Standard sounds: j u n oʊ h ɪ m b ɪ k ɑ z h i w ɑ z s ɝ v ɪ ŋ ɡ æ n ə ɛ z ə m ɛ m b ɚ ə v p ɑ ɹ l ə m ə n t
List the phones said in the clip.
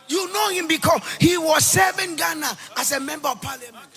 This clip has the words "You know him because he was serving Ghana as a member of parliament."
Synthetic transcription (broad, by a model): j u n oʊ h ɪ m b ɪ k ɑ s h i w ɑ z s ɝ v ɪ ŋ ɡ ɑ n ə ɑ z ə m ɛ m b ɚ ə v p ɑ l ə m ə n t